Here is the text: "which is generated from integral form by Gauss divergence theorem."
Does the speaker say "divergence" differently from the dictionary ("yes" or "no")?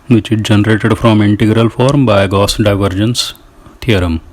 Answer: no